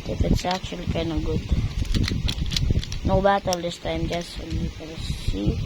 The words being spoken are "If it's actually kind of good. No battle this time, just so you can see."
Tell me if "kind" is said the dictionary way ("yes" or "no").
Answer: no